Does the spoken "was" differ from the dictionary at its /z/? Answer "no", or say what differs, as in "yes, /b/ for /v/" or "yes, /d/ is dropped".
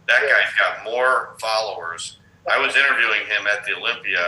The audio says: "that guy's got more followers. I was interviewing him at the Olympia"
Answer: no